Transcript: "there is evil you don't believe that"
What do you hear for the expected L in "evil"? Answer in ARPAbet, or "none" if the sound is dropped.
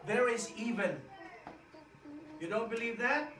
N